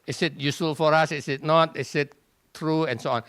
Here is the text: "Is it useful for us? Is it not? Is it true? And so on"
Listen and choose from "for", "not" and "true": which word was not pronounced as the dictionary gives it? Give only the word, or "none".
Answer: none